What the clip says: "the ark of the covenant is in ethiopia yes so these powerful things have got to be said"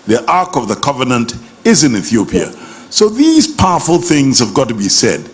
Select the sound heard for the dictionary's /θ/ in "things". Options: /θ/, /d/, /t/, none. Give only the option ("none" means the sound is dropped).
/θ/